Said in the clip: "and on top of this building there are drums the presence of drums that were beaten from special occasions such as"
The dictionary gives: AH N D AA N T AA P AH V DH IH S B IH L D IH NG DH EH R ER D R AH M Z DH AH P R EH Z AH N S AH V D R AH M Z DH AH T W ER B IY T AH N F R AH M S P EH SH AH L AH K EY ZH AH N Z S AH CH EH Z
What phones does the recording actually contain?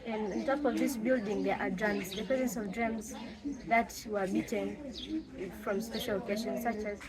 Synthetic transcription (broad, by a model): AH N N T AA P AH V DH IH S B IH L D IH NG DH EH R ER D R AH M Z DH AH P R EH Z AH N S AH V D R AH M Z DH AH T W ER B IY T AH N F R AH M S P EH SH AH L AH K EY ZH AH N S AH CH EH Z